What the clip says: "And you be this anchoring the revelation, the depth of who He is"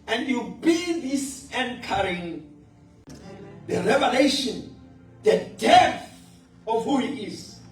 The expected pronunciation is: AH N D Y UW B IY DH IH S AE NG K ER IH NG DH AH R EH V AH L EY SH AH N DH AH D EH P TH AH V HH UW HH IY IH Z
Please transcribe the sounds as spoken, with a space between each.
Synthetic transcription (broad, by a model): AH N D Y UW B IY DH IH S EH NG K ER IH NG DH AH R EH V AH L EY SH AH N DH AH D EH TH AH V HH UW HH IY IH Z